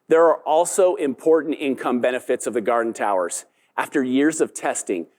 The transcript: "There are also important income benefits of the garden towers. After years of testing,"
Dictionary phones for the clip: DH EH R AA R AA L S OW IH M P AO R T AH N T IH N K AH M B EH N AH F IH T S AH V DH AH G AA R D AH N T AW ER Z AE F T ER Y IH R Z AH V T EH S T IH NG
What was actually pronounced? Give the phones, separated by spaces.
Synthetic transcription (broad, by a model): DH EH R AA R AA L S OW IH M P AO R T N T IH N K AH M B EH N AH F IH T S AH V DH AH G AA R D N T AW ER Z AE F T ER Y IH R Z AH V T EH S T IH NG